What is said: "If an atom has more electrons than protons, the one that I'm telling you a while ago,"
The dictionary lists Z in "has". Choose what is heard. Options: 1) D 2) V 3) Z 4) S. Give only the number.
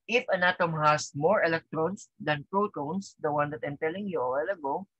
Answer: 4